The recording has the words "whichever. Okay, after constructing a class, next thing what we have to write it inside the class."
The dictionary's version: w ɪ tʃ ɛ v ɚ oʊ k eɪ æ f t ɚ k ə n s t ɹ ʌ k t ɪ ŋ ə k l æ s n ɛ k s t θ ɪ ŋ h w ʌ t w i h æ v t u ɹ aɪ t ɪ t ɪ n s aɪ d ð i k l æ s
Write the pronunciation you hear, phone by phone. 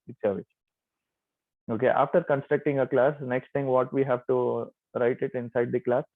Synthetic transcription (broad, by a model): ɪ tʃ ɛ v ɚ oʊ k eɪ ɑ f t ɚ k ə n s t ɹ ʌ k t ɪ ŋ ə k l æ s n ɛ k s t t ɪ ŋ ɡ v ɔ t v i h æ v t u ɹ aɪ t ɪ t ɪ n s aɪ d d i k l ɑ s